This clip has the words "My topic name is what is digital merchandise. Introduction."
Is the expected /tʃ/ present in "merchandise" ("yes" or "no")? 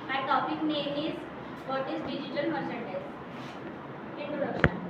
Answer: no